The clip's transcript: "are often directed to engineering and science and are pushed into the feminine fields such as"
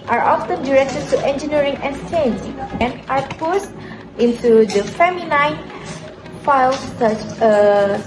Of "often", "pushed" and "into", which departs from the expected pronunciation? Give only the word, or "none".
pushed